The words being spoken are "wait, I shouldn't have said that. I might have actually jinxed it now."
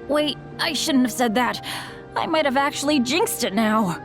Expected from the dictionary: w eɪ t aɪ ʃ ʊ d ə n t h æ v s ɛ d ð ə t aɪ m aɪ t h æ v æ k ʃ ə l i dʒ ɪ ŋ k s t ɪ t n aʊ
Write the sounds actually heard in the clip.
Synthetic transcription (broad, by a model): w eɪ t aɪ ʃ ʊ d n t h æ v s ɛ d ð ə t aɪ m aɪ t h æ v æ k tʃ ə l i dʒ ɪ ŋ k s t ɪ t n aʊ